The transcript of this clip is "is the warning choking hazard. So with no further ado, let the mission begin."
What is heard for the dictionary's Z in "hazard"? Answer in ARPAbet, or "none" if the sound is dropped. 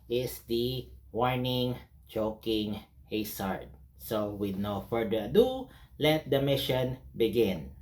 S